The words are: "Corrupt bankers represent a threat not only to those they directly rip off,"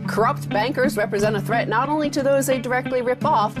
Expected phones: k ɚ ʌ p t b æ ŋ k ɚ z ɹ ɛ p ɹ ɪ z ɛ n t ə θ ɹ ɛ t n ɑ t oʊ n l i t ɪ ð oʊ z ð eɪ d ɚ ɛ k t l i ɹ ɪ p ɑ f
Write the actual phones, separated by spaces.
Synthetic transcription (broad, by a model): k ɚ ʌ p t b æ ŋ k ɚ z ɹ ɛ p ɹ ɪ z ɛ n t ə θ ɹ ɛ t n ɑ t oʊ n l i t ɪ ð oʊ z ð eɪ d ɚ ɛ k t l i ɹ ɪ p ɑ f